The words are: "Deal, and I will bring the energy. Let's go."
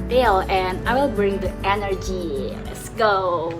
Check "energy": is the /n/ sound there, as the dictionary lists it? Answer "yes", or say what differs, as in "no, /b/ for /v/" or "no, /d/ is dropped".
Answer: yes